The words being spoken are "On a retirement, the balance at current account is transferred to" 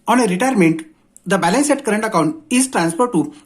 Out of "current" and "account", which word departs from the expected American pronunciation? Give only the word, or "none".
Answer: none